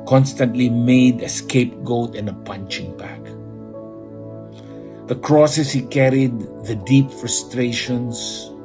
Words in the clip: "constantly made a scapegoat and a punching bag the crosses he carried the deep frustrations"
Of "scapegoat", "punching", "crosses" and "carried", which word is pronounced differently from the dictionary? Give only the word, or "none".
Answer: crosses